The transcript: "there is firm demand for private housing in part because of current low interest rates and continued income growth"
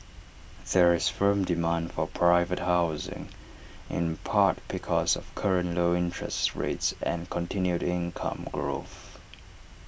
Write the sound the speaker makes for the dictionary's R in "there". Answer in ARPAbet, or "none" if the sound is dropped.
R